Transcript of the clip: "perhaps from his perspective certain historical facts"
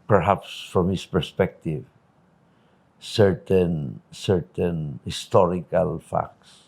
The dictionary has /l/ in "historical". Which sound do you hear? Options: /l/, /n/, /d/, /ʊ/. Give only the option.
/l/